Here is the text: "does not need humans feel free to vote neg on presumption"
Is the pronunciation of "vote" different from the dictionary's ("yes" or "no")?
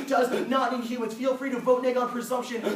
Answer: no